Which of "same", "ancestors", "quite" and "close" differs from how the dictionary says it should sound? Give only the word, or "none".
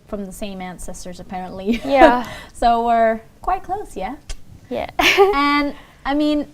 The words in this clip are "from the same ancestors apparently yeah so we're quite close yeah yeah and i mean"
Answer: none